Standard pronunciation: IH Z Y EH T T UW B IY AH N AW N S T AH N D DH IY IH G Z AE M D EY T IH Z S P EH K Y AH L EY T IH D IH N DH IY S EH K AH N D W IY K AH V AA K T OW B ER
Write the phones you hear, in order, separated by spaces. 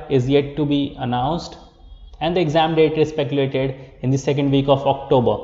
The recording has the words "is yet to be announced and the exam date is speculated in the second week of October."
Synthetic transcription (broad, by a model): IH Z Y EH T T UW B IY AH N AW N S T AH N D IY IH G Z AE M D EY T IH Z S P EH K Y AH L EY T IH D IH N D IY S EH K AH N D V IY K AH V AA K T OW B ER